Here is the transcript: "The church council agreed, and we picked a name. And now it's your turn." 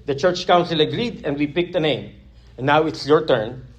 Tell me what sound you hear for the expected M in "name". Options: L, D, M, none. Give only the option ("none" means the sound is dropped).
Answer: none